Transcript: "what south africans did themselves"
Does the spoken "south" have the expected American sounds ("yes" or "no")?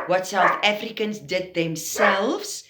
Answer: yes